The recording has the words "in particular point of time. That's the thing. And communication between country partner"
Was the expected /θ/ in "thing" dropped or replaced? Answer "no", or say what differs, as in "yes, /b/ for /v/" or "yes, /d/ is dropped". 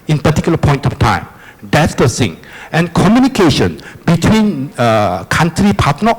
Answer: yes, /s/ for /θ/